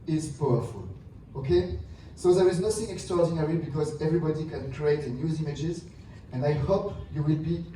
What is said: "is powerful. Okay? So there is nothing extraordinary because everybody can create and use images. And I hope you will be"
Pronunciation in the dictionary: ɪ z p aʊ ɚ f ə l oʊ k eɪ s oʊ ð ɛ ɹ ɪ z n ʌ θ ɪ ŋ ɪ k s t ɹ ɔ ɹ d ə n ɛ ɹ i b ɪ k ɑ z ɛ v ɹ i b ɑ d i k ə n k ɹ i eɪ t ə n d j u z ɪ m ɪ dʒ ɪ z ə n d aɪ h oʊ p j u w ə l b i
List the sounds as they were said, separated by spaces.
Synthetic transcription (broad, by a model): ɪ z p aʊ ɚ f ə l oʊ k eɪ s oʊ ð ɛ ɹ ɪ z n ʌ θ ɪ ŋ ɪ k s t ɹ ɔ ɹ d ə n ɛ ɹ i b ɪ k ɑ z ɛ v ɹ i b ɑ d i k ə n k ɹ i eɪ t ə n j u z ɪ m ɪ dʒ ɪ z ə n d aɪ h oʊ p j u w ə l b i